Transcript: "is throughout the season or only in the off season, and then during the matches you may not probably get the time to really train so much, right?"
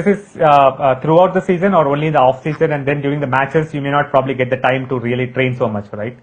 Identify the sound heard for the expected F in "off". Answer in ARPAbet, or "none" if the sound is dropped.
F